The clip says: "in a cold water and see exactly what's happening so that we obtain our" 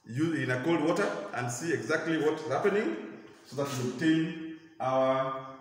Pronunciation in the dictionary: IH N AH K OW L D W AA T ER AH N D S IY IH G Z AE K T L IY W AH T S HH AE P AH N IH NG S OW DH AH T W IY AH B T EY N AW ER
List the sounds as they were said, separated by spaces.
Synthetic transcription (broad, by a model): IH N AH K OW L D W AA T ER AH N D S IY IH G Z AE K T L IY W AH T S HH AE P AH N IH NG S OW DH AH T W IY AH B T EY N AW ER